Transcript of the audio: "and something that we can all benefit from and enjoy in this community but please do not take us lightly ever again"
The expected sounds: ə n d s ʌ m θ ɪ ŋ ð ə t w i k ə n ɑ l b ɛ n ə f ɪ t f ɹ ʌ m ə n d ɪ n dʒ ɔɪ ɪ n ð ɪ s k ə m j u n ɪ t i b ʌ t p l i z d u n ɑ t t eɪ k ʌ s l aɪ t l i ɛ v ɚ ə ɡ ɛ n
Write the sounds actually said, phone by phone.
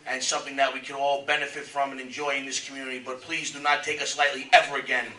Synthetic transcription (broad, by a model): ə n s ʌ m θ ɪ ŋ ð ə t w i k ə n ɑ l b ɛ n ə f ɪ t f ɹ ʌ m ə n ɪ n dʒ ɔɪ ɪ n ð ɪ s k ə m j u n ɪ t i b ʌ t p l i z d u n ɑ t t eɪ k ʌ s l aɪ t l i ɛ v ɚ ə ɡ ɛ n